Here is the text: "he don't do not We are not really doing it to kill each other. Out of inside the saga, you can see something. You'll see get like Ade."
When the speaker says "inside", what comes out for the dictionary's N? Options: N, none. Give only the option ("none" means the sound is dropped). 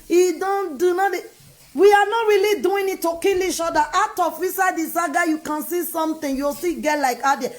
none